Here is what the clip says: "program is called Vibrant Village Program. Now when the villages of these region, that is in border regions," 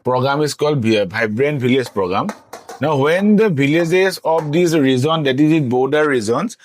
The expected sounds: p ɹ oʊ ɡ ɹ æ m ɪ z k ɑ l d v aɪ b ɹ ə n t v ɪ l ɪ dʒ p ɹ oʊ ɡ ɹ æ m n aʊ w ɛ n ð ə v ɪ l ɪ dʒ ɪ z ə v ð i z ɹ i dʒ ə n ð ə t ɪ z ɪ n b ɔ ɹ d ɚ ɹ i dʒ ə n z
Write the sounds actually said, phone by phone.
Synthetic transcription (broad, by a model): p ɹ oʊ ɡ ɹ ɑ m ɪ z k ɑ l d b aɪ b ɹ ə n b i l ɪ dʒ p ɹ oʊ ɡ ɹ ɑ m n aʊ w ɛ n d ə b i l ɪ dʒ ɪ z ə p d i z ɹ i z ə n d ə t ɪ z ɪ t b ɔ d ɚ ɹ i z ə n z